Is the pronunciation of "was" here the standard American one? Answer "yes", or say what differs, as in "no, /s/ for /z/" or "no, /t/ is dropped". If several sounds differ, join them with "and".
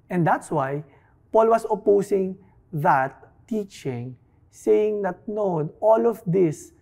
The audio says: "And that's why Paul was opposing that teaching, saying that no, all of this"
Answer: no, /s/ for /z/